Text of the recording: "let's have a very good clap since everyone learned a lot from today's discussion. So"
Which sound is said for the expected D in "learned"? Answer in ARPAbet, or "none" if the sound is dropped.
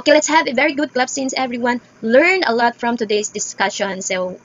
none